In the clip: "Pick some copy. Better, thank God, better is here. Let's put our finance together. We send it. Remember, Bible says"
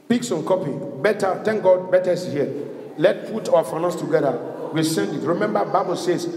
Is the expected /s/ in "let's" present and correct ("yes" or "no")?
no